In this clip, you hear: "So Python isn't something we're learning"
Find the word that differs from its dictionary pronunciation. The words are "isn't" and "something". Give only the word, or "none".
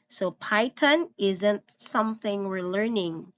none